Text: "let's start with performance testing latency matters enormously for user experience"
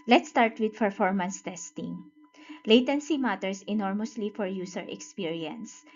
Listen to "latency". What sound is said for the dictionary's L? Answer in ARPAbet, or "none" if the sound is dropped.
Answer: L